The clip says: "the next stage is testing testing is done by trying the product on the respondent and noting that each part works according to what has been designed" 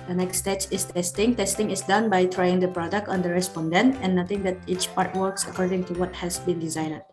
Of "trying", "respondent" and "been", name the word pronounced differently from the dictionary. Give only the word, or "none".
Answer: respondent